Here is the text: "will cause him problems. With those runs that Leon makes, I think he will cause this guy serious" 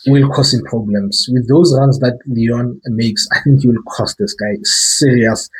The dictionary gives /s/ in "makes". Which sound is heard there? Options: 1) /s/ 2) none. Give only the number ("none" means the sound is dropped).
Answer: 1